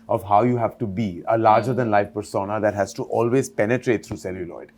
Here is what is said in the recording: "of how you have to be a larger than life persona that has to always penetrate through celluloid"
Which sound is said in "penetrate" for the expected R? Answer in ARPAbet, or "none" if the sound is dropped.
R